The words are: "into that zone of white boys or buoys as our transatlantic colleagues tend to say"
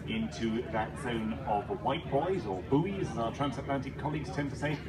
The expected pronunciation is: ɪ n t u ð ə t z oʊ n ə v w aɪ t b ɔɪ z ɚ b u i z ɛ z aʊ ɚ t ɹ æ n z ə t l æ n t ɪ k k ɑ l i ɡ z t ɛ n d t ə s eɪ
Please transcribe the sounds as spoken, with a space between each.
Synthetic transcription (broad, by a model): ɪ n t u ð ə t z oʊ n ə v w aɪ t b ɔɪ z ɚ b u i z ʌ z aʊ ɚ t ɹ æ n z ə t l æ n t ɪ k k ɑ l i ɡ z t ɛ n t ə s eɪ